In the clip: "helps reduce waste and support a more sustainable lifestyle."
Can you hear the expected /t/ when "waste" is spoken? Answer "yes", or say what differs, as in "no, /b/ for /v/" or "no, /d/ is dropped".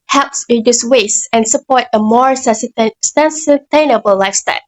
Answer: no, /t/ is dropped